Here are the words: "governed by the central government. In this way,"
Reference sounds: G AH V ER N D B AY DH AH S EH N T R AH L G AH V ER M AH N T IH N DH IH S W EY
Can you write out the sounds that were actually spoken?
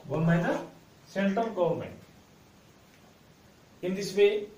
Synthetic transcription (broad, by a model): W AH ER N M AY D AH S EH N T R AH L G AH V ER M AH N T IH N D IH S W EY